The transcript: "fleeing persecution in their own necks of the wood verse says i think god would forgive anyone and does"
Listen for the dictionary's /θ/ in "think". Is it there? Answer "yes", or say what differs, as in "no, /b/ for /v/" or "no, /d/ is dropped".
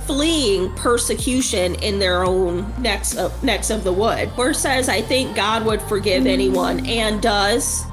yes